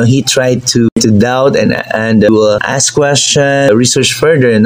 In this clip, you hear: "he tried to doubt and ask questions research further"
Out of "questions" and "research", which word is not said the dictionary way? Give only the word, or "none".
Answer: questions